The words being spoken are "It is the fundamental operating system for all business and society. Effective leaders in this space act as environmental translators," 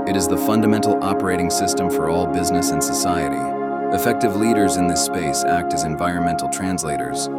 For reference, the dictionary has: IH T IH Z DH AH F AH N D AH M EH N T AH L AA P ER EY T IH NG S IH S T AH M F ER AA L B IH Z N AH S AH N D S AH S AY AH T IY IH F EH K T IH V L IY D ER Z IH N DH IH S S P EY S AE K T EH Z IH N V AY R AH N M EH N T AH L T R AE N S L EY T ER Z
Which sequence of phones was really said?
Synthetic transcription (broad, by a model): IH T IH Z DH AH F AH N D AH M EH N T L AA P ER EY T IH NG S IH S T AH M F ER AA L B IH Z N AH S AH N S AH S AY AH T IY IH F EH K T IH V L IY D ER Z IH N DH IH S S P EY S AE K T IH Z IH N V AY R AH N M EH N T L T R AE N S L EY T ER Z